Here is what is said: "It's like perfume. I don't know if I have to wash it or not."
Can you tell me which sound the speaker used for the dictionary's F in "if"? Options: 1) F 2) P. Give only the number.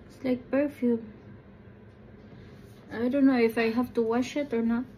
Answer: 1